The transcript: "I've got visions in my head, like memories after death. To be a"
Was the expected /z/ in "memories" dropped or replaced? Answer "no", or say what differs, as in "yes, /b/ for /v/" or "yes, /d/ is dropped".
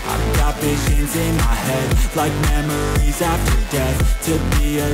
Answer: no